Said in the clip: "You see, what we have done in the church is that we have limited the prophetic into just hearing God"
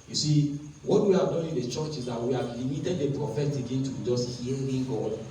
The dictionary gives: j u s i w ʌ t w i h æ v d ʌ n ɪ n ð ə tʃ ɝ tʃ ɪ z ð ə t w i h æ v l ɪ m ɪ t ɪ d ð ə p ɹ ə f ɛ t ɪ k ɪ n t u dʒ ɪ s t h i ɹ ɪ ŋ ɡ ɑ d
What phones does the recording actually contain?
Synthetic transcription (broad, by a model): j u s i w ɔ t w i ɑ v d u ɪ n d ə tʃ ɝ tʃ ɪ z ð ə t w i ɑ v l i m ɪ t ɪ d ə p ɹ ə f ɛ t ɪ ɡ ɪ n t u dʒ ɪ s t h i l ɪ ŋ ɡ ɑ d